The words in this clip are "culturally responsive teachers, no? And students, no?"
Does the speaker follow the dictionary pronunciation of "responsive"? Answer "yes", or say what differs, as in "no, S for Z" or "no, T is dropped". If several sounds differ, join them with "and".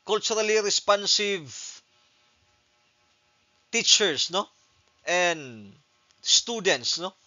yes